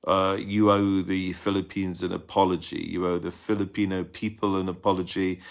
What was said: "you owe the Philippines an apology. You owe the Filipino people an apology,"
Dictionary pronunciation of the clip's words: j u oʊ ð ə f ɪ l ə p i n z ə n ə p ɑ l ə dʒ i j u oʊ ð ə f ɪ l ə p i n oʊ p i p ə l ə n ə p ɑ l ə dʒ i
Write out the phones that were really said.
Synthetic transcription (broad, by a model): j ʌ oʊ ð ə f ɪ l ə p i n z ə n ə p ɑ l ə dʒ i j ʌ oʊ ð ə f ɪ l ə p i n oʊ p i p ə l ə n ə p ɑ l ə dʒ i